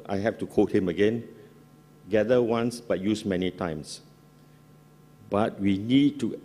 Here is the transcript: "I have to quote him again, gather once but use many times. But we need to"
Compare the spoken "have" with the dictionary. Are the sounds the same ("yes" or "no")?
no